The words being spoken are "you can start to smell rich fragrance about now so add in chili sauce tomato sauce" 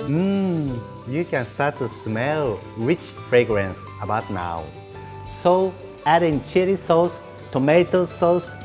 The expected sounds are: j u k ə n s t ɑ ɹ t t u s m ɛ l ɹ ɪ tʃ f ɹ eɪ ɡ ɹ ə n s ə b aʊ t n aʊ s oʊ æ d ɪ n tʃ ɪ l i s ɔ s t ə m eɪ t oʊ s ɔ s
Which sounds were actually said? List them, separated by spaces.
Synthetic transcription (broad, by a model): j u k ə n s t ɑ ɹ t t u s m ɛ l ɹ ɪ tʃ f ɹ eɪ ɡ ɹ ə n s ə b aʊ t n aʊ s oʊ æ d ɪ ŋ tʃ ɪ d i s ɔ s t ə m eɪ t oʊ s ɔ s